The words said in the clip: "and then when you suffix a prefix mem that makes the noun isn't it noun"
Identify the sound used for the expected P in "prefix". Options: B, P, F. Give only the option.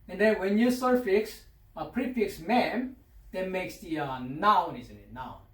P